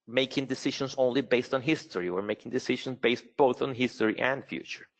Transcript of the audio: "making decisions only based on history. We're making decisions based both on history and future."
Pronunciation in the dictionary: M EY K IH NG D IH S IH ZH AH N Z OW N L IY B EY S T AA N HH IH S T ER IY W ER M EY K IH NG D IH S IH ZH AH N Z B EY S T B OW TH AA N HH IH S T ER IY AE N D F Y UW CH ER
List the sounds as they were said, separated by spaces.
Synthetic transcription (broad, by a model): M EY K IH NG D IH S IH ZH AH N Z OW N L IY B EY S T N HH IH S T ER IY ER M EY K IH NG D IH S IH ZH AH N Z B EY S T B OW TH N HH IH S T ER IY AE N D F Y UW CH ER